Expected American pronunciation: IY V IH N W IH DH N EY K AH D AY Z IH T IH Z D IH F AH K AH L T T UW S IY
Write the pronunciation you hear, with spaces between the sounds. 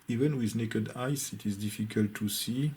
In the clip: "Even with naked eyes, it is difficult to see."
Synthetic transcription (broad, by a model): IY V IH N W IH DH N EY K AH D AY S IH T IH Z D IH F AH K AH L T T UW S IY